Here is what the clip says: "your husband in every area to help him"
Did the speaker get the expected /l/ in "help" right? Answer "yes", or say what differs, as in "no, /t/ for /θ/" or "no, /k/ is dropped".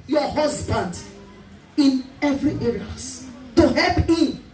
yes